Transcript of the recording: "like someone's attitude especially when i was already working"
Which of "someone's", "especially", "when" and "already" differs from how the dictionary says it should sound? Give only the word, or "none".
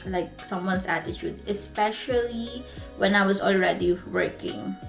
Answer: someone's